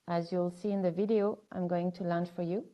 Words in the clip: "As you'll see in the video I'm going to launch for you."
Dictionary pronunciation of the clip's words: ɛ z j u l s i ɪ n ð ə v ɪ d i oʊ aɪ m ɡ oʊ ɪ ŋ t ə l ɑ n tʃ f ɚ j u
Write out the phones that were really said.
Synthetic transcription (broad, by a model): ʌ z j u l s i ɪ n ð ə v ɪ d i oʊ aɪ m ɡ oʊ ɪ ŋ t ə l ɑ n tʃ f ɚ j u